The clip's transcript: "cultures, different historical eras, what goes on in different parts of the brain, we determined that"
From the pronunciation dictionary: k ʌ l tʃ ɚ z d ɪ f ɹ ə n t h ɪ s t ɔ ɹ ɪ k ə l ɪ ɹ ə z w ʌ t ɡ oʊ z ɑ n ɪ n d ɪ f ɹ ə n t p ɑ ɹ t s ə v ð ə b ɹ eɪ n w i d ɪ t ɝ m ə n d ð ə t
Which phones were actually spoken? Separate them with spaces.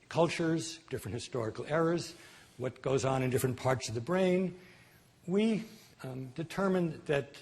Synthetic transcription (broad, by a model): k ʌ l tʃ ɚ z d ɪ f ɹ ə n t h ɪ s t ɔ ɹ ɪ k l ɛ ɹ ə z w ʌ t ɡ oʊ z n ɪ n d ɪ f ɹ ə n p ɑ ɹ t s ə v ð ə b ɹ eɪ n w i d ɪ t ɝ m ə n ð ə t